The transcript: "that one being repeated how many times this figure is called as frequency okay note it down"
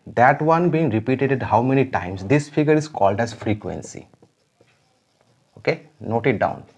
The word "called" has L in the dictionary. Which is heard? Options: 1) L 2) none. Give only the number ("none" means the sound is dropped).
1